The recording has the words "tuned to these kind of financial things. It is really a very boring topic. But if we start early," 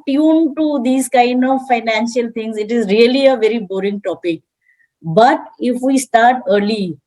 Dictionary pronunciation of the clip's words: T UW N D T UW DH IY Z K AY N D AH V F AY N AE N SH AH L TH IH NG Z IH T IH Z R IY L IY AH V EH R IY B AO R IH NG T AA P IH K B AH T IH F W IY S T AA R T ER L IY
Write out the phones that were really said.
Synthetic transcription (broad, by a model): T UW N T UW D IY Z K AY N D AH V F AY N AE N SH AH L T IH NG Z IH T IH Z R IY L IY AH V EH R IY B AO R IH NG T AA P IH K B AH T IH F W IY S T AA R T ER L IY